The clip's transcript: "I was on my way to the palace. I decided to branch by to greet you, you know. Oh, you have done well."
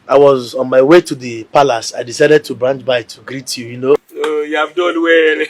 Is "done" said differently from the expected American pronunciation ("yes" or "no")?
yes